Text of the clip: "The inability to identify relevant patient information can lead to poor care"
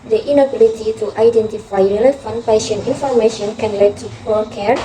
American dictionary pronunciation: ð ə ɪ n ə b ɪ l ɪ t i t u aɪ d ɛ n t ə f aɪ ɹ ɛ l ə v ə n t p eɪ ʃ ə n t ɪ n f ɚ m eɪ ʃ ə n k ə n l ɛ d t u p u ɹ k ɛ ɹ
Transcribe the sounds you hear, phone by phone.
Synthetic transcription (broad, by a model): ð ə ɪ n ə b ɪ l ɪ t i t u aɪ d ɛ n t ə f aɪ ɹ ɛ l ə f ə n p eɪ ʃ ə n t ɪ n f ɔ m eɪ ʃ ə n k ə n l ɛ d t u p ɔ l k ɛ ɹ